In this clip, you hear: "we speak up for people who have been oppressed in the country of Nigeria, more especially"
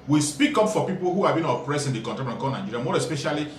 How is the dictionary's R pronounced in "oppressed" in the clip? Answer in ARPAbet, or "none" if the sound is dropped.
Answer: R